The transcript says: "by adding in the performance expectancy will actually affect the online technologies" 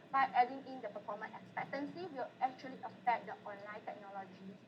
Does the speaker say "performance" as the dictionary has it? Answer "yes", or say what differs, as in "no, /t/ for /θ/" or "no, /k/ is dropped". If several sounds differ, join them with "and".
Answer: no, /s/ is dropped